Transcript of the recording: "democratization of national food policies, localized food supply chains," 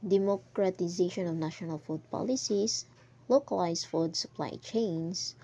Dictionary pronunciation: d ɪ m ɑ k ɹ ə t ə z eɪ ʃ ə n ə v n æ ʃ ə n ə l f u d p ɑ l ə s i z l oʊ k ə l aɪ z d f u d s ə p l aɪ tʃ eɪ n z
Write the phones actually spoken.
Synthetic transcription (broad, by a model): d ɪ m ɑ k ɹ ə t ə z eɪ ʃ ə n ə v n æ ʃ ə n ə l f u d p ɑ l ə s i s l oʊ k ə l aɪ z f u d s ə p l aɪ tʃ eɪ n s